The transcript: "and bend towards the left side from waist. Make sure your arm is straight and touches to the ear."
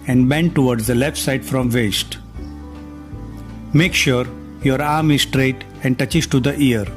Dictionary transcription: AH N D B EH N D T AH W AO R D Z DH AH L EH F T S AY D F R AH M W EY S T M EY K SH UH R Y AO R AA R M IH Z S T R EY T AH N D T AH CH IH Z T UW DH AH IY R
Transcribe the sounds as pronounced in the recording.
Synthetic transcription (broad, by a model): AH N D B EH N T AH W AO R D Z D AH L EH F T S AY D F R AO M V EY S T M EY K SH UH R Y AO R AA R M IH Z S T R EY T AH N D T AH CH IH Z T UW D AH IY R